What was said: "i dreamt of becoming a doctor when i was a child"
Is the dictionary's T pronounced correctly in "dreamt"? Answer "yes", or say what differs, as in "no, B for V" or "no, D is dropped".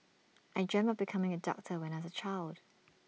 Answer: no, T is dropped